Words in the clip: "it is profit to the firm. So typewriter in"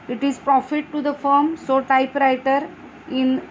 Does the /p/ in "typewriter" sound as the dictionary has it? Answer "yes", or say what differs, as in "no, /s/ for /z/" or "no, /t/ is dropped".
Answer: yes